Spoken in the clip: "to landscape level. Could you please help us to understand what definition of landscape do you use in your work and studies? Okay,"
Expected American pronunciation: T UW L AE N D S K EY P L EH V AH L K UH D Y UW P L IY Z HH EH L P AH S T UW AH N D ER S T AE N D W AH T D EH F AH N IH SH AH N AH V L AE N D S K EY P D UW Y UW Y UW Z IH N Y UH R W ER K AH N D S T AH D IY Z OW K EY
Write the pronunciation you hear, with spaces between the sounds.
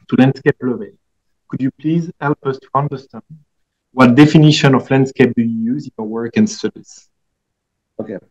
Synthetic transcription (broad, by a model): T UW L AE N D S K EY P L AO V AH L K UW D Y UW P L IY Z HH EH L P AH S T UW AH N D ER S T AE N D W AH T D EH F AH N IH SH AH N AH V L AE N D S K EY P D UW Y UW Y UW Z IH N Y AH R W ER K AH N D S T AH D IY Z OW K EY